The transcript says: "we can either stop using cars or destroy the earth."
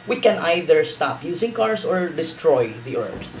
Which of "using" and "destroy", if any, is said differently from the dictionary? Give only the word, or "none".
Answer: using